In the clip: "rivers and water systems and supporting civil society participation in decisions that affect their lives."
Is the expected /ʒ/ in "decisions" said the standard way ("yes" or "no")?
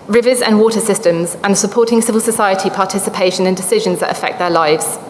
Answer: yes